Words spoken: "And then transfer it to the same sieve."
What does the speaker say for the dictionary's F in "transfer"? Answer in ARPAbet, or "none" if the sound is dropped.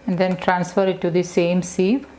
F